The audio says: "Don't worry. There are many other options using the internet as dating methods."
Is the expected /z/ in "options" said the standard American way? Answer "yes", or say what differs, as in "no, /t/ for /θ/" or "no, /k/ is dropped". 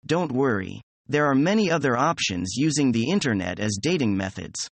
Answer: yes